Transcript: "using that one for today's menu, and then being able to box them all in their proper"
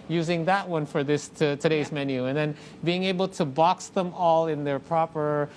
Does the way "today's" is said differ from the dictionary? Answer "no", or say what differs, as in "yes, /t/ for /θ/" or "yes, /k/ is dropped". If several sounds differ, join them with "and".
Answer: no